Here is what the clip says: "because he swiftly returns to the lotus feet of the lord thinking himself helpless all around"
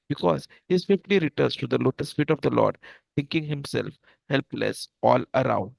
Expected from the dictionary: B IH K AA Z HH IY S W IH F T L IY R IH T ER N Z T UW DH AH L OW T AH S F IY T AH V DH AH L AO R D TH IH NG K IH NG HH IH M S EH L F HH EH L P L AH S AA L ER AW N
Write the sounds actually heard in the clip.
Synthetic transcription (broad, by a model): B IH K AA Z HH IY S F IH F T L IY R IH T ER N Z T UW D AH L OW T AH S F IY T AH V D AH L AO R D T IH NG K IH NG HH IH M S EH L F HH EH L P L AH S AA L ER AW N